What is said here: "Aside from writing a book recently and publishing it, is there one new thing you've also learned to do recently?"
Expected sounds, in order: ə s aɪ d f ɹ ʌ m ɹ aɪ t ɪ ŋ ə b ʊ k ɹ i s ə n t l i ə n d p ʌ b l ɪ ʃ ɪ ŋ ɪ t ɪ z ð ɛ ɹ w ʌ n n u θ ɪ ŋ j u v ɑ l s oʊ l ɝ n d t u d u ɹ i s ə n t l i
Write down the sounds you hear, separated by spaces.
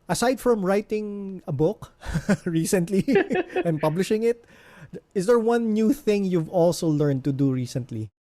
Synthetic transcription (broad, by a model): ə s aɪ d f ɹ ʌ m ɹ aɪ t ɪ ŋ ə b ʊ k ɹ i s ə n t l i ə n p ʌ b l ɪ ʃ ɪ ŋ ɪ t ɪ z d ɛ ɹ w ʌ n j u θ ɪ ŋ j u v ɑ l s oʊ l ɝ n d t u d u ɹ i s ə n t l i